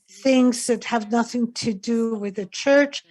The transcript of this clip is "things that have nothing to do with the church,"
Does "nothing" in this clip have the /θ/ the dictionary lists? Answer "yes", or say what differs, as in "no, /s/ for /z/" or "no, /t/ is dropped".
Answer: yes